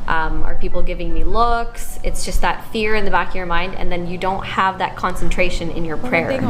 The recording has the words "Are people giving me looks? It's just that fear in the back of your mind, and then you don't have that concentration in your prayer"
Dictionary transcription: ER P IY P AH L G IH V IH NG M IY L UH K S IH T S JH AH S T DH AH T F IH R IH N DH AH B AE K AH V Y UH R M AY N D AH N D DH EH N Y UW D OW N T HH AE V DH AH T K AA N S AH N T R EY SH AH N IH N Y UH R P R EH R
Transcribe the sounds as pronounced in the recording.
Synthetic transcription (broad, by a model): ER P IY P L G IH V IH NG M IY L UH K S IH T S JH AH S T DH AH T F IH R IH N DH AH B AE K AH V Y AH R M AY N D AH N DH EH N Y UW D OW N T HH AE V DH AH T K AA N S AH N T R EY SH AH N IH N Y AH R P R EH R